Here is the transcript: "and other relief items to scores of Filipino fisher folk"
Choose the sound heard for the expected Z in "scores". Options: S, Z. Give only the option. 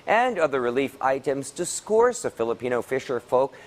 S